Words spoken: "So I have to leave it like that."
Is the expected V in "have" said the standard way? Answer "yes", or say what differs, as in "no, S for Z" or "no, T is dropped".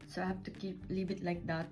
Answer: no, F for V